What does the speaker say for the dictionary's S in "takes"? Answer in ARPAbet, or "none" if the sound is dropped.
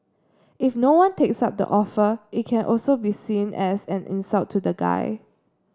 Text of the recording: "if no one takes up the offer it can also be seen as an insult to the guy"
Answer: S